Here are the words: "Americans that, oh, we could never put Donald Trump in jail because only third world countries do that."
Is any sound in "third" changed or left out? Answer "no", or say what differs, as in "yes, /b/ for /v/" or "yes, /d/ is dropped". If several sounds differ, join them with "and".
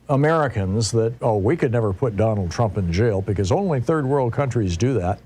no